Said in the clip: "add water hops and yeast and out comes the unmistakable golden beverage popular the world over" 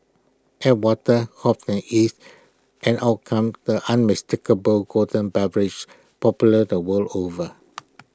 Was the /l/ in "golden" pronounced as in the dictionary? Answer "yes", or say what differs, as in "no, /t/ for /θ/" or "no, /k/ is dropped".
no, /l/ is dropped